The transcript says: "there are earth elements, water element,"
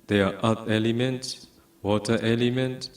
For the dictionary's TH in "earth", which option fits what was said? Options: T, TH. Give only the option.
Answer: T